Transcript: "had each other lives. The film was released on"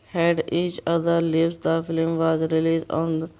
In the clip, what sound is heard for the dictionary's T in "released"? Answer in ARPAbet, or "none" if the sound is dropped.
none